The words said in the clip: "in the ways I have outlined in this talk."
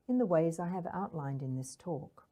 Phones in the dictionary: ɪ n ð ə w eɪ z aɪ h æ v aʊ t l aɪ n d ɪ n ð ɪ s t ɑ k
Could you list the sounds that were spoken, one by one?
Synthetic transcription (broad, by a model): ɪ n ð ə w eɪ z aɪ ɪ v aʊ t l aɪ n d ɪ n ð ɪ s t ɑ k